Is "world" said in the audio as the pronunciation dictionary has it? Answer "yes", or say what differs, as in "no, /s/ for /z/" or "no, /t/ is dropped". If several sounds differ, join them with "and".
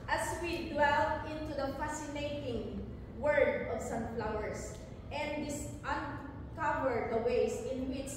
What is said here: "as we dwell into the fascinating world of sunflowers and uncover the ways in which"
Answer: no, /l/ is dropped